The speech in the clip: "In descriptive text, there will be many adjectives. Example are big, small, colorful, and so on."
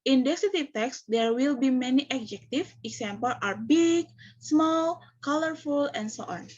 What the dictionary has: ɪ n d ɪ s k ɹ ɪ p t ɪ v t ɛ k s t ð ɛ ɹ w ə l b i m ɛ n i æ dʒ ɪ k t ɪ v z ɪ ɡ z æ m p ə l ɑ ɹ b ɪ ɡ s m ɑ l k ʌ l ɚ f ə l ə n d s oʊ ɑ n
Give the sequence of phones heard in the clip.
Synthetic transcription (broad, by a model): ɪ n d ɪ k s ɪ t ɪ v t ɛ k s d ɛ ɹ w ə l b i m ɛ n i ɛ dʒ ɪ k t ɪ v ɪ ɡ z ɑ m p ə l ɑ ɹ b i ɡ s m ɑ l k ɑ l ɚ f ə l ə n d s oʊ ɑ n